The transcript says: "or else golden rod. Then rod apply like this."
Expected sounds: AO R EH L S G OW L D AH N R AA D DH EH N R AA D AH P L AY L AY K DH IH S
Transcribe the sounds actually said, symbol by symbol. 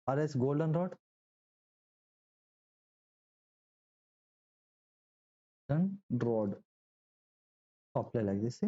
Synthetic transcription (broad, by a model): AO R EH S G OW L D AH N R AA D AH N R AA D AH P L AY L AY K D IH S